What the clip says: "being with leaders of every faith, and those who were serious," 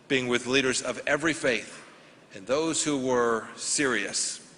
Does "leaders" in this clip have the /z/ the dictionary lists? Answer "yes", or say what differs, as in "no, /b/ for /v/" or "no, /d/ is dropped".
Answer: yes